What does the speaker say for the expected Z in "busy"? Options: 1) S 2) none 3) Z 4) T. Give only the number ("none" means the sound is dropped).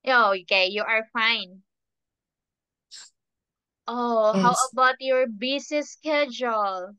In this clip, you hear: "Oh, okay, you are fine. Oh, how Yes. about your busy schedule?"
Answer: 1